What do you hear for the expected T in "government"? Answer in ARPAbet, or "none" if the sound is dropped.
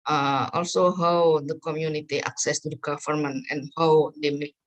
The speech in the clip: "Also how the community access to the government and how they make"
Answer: none